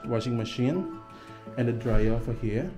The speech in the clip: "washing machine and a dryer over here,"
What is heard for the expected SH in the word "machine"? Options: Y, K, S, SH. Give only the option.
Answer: SH